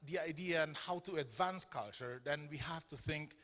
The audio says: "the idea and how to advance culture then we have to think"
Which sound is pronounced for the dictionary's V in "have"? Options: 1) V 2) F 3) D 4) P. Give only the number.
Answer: 2